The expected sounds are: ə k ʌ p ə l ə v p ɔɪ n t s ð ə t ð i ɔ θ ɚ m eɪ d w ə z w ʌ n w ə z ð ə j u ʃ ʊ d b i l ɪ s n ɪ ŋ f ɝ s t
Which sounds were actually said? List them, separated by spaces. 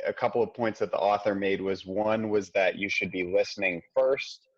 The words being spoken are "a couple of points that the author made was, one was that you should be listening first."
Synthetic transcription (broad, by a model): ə k ʌ p l ə v p ɔɪ n t s ð ə t ð i ɔ θ ɚ m eɪ d w ə z w ʌ n w ə z ð ə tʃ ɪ ʃ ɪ d b i l ɪ s n ɪ ŋ f ɝ s t